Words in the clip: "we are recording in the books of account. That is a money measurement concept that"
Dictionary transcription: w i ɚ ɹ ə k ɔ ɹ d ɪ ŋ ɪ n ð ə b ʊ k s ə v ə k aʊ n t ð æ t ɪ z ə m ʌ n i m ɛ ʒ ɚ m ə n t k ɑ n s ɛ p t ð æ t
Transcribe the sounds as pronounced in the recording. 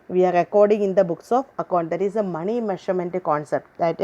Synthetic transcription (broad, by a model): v i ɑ ɹ ə k ɔ ɹ d ɪ ŋ ɪ n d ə b ʊ k s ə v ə k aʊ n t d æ t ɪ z ə m ʌ n i m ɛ ʃ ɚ m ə n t k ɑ n s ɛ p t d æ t